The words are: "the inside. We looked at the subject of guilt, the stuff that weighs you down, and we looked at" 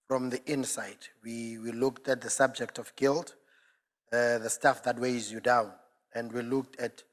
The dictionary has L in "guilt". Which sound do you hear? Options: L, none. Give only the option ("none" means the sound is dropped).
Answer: L